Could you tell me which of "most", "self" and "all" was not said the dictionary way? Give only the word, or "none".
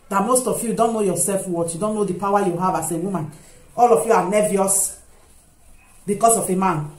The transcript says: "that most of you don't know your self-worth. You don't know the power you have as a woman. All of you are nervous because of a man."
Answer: none